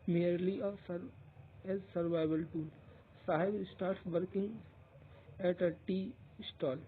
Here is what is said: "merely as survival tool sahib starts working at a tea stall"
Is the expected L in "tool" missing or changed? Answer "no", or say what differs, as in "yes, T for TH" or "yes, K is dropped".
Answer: yes, N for L